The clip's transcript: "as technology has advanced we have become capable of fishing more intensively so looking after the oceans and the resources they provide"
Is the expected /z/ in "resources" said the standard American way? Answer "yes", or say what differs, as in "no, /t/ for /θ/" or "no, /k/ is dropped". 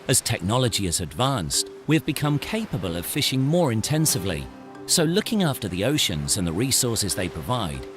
yes